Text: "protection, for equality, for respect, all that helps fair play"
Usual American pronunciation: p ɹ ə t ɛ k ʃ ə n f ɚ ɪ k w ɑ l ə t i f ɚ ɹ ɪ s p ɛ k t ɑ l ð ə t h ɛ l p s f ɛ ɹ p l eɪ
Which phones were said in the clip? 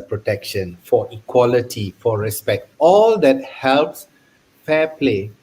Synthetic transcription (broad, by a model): p ɹ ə t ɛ k ʃ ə n f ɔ ɪ k w ɑ l ə t i f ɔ ɹ ɪ s p ɛ k t ɑ l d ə t h ɛ l p s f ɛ p l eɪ